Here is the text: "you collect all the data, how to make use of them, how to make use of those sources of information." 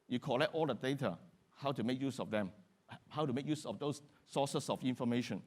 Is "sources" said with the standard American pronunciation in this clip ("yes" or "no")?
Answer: no